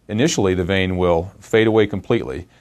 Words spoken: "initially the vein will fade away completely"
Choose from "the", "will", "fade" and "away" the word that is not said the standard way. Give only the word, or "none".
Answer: none